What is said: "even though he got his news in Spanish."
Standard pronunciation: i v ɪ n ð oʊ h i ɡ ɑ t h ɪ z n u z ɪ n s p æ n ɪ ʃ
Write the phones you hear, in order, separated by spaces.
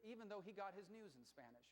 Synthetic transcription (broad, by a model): i v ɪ n ð oʊ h i ɡ ɑ t h ɪ z n u z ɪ n s p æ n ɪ ʃ